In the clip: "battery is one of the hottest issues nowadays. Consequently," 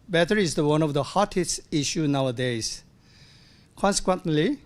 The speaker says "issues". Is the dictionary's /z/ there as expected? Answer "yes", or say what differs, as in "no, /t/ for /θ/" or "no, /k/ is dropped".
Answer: no, /z/ is dropped